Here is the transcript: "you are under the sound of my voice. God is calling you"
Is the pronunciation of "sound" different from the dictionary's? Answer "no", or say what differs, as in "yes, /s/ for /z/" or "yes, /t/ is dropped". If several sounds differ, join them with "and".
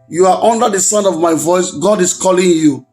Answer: yes, /d/ is dropped